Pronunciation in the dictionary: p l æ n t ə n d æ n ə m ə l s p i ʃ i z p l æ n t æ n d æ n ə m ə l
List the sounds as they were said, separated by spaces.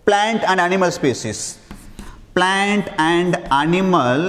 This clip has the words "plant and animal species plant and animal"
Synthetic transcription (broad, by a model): p l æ n t ə n d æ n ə m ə l s p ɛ s i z p l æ n t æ n d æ n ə m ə l